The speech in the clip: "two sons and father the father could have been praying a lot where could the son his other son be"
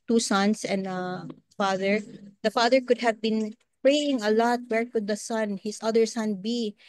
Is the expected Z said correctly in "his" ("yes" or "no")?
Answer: no